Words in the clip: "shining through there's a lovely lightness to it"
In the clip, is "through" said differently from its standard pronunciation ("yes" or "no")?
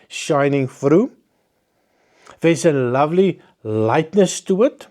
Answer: yes